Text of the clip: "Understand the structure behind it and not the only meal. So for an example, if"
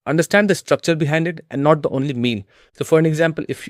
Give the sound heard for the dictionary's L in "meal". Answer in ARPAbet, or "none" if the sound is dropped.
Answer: N